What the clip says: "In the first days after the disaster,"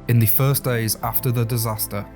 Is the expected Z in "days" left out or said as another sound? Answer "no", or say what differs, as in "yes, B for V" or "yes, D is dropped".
no